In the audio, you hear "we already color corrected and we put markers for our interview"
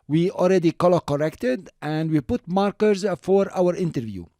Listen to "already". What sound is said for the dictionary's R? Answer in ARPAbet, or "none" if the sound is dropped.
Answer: L